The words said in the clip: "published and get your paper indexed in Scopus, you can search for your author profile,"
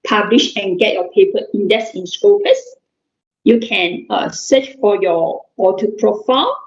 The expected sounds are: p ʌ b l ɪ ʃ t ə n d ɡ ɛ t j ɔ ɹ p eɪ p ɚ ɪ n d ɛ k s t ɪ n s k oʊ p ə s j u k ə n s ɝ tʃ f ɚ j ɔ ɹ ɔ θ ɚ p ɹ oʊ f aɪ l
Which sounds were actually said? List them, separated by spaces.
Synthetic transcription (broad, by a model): p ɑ b l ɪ ʃ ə n ɡ ɛ t j ɔ p eɪ p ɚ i n d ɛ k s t ɪ n s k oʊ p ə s j u k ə n s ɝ tʃ f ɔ j ɔ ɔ t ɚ p ɹ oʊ f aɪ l